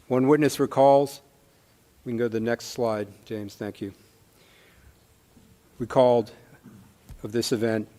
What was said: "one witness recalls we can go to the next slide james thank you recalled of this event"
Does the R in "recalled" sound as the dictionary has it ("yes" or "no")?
no